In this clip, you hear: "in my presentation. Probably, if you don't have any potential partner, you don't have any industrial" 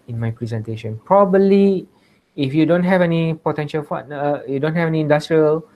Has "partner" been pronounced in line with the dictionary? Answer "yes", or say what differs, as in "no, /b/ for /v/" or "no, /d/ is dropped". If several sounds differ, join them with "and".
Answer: no, /f/ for /p/